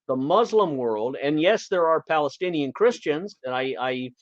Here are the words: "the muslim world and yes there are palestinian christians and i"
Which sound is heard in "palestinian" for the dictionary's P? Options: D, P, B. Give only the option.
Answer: P